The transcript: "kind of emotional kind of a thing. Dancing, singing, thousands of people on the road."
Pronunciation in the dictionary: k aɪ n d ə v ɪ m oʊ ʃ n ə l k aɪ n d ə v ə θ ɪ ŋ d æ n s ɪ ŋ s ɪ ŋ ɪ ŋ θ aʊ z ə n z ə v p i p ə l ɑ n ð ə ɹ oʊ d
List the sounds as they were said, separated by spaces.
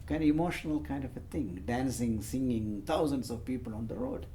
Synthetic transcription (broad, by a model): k aɪ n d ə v ɪ m oʊ ʃ n ə l k aɪ n d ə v ə t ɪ ŋ d æ n s ɪ ŋ s ɪ ŋ ɪ ŋ t aʊ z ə n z ə v p i p ə l ɑ n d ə ɹ oʊ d